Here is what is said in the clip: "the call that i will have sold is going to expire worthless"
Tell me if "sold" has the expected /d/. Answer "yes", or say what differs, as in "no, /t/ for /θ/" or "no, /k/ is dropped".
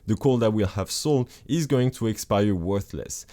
no, /d/ is dropped